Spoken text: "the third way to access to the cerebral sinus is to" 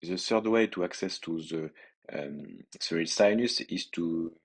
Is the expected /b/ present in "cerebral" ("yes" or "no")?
no